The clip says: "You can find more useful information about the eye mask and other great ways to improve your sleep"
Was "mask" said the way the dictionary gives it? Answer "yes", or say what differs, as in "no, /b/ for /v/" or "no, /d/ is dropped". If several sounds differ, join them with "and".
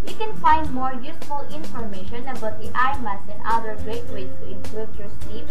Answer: no, /k/ is dropped